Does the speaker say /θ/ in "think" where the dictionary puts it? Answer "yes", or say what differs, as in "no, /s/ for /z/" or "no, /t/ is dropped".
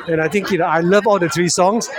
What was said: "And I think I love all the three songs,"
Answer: no, /t/ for /θ/